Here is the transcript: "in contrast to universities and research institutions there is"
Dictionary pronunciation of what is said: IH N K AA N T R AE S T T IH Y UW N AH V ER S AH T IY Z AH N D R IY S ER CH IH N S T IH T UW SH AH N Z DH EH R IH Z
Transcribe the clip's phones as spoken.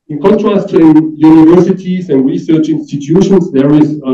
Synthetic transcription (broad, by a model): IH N K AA N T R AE S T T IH Y UW N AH V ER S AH T IY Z AH N D R IY S ER CH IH N S T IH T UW SH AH N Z DH EH R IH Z